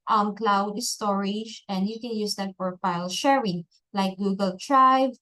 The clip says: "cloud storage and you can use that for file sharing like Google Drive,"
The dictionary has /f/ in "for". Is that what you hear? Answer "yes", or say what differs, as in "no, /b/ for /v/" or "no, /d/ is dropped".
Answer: no, /p/ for /f/